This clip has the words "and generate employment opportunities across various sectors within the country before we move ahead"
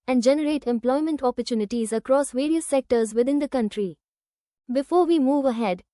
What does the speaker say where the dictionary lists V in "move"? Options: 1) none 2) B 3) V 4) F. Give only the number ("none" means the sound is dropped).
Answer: 3